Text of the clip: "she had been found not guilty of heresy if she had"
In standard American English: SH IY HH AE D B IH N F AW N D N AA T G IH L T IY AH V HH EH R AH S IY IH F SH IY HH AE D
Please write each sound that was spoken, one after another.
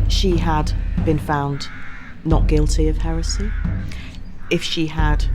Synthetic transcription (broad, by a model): SH IY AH D B IH N F AW N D N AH T G IH L T IY AH V HH EH R AH S IY IH F SH IY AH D